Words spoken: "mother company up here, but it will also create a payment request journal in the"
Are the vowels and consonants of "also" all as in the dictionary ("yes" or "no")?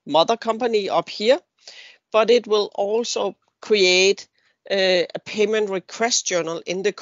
yes